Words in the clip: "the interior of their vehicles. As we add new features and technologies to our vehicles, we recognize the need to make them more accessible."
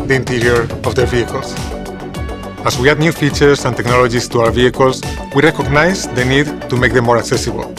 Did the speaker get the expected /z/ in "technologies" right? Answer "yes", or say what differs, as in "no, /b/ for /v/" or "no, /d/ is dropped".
no, /s/ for /z/